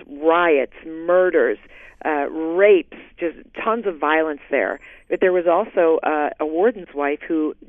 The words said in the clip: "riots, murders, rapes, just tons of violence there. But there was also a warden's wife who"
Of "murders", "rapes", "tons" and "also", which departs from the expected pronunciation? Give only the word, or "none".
none